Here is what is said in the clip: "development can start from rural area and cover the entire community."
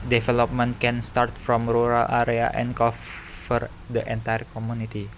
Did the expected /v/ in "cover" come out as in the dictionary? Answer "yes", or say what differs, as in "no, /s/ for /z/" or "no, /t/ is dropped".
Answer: no, /f/ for /v/